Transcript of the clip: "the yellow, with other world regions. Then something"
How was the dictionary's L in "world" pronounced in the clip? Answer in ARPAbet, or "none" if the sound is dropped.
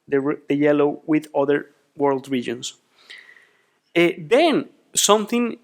L